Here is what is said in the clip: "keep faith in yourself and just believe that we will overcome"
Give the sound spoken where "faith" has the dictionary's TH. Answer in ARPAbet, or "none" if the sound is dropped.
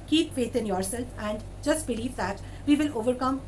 T